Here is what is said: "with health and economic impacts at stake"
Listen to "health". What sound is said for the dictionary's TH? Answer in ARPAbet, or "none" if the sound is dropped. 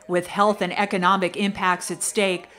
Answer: TH